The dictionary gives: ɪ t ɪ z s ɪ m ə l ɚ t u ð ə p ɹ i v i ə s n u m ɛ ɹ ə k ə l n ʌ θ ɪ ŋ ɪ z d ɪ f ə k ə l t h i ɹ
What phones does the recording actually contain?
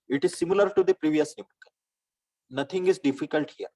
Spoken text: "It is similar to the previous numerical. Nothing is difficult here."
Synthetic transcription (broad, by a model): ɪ t ɪ z s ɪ m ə l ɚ t u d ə p ɹ i v i ə s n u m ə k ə n n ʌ t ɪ ŋ ɪ z d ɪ f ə k ə l t h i ɹ